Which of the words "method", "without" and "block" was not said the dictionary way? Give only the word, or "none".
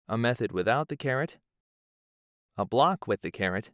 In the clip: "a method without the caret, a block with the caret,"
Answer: none